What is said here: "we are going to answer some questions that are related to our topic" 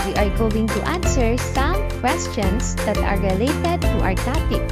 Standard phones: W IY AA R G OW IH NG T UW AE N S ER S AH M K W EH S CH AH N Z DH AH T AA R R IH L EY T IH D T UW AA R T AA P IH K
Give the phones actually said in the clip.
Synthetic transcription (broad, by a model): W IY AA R G OW IH NG T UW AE N S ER S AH M K W EH S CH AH N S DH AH T AA R R IH L EY T IH D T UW AA R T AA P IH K